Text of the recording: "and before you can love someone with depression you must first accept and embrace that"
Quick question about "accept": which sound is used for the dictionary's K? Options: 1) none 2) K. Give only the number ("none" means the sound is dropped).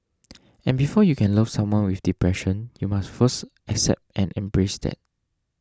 2